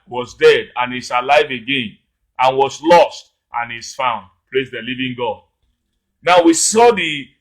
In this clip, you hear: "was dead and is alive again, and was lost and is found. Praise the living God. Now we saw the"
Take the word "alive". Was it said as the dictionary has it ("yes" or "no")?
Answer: yes